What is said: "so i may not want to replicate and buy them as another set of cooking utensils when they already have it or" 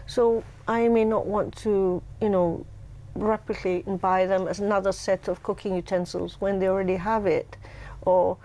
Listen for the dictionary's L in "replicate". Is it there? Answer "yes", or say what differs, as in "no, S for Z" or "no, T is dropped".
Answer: no, L is dropped